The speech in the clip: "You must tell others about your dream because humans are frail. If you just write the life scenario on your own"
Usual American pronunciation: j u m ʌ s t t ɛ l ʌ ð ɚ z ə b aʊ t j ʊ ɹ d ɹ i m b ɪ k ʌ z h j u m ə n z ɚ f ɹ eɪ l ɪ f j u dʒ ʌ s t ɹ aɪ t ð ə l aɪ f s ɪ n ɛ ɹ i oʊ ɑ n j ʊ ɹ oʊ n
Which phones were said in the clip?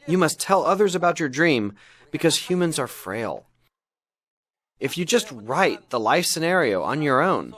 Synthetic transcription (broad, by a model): j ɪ m ʌ s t t ɛ l ʌ ð ɚ z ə b aʊ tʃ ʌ ɹ d ɹ i m b ɪ k ʌ z h j u m ə n z ɚ f ɹ eɪ l ɪ f j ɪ dʒ ʌ s t ɹ aɪ t ð ə l aɪ f s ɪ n ɛ ɹ i oʊ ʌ n j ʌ ɹ oʊ n